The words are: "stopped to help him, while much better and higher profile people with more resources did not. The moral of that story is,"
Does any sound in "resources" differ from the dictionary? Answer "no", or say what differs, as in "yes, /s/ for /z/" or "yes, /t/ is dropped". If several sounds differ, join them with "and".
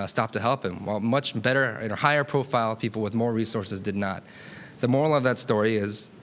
no